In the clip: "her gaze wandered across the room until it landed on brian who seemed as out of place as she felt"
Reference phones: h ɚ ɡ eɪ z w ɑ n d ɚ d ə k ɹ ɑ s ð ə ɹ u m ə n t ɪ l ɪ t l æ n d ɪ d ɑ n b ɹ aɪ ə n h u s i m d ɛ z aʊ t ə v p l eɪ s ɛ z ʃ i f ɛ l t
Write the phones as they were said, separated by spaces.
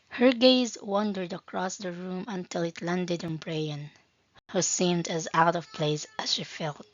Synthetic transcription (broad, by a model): h ɚ ɡ eɪ z w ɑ n d ɚ d ə k ɹ ɑ s ð ə ɹ u m ə n t ɪ l ɪ t l æ n d ɪ d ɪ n b ɹ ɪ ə n h u s i m d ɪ z aʊ t ə v p l eɪ s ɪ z ʃ i f ɛ l t